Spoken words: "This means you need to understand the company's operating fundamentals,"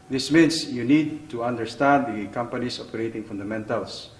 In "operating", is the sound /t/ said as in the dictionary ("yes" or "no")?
yes